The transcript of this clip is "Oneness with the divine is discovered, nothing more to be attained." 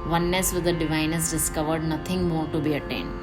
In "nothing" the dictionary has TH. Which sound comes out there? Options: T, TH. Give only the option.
T